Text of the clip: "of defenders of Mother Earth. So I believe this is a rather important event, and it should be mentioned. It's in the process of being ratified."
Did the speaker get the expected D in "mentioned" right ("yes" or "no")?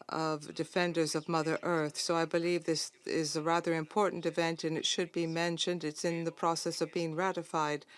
yes